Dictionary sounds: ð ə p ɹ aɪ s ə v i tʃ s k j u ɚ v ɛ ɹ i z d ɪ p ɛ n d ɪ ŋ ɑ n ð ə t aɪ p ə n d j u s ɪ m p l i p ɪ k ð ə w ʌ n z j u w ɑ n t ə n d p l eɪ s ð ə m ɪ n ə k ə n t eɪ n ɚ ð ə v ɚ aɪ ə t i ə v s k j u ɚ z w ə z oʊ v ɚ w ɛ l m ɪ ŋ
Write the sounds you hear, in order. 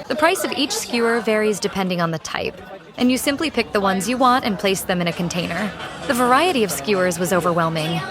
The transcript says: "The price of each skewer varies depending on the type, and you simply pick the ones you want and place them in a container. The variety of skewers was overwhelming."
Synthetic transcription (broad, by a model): ð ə p ɹ aɪ s ə v i tʃ s k j u ɚ v ɛ ɹ i z d ɪ p ɛ n d ɪ ŋ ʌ n ð ə t aɪ p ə n j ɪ s ɪ m p l i p ɪ k ð ə w ʌ n z j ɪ w ɑ n t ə n p l eɪ s ð ə m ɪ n ə k ə n t eɪ n ɚ ð ə v ɚ aɪ ə t i ə v s k j u ɚ z w ə z oʊ v ɚ w ɛ l m ɪ ŋ